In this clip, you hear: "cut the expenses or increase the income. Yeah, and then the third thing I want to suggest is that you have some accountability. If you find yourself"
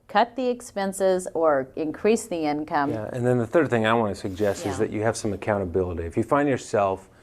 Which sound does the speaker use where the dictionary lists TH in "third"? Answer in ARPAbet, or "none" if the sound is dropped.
TH